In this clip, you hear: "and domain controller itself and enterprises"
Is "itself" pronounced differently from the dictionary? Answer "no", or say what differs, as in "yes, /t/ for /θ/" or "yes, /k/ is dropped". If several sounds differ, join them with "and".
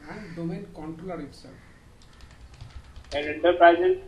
yes, /f/ is dropped